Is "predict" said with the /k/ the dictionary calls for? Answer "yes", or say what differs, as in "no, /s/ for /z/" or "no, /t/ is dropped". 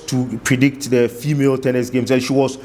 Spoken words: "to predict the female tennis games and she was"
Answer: yes